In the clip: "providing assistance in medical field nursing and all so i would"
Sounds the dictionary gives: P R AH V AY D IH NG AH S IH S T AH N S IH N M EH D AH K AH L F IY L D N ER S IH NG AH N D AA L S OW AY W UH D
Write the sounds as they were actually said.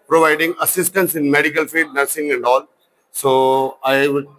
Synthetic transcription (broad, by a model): P R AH V AY D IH NG AH S IH S T AH N S IH N M EH D AH K AH L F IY D N ER S IH NG AH N D AA L S OW AY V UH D